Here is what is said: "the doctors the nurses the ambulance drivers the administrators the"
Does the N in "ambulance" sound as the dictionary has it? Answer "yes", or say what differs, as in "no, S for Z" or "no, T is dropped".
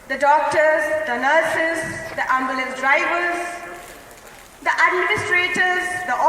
no, N is dropped